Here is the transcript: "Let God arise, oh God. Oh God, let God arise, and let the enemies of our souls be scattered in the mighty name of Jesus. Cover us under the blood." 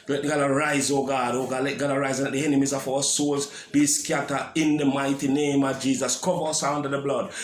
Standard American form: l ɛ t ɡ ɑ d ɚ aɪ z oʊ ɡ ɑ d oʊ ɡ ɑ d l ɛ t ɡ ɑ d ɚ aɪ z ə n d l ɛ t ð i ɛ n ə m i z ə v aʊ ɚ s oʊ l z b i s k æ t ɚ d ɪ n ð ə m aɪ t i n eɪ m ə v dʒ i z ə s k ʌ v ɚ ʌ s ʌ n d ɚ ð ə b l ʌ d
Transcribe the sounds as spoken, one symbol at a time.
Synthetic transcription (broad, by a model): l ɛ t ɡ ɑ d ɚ aɪ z oʊ ɡ ɑ d oʊ ɡ ɑ d l ɛ t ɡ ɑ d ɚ aɪ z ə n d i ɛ n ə m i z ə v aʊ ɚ s oʊ l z b i s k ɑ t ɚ ɪ n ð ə m aɪ t i n eɪ m ə v dʒ i z ə s k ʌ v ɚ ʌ s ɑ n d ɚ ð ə b l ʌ d